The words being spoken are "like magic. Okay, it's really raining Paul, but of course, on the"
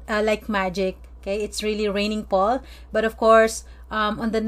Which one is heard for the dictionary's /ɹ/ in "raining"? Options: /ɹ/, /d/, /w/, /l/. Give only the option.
/ɹ/